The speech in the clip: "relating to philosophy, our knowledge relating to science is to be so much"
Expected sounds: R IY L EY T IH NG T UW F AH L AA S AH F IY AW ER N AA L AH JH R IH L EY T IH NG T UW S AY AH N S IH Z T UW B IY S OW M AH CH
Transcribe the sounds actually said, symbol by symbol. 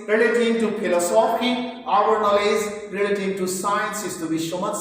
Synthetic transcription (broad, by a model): R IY L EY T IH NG T UW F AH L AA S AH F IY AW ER N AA L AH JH R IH L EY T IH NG T UW S AY AH N S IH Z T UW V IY SH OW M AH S